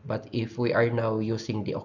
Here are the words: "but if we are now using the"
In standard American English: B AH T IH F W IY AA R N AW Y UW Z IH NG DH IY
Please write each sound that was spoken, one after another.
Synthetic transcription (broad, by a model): B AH T IH F W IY AA R N AW Y UW S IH NG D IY